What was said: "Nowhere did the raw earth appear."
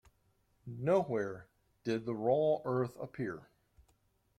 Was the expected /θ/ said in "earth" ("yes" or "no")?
yes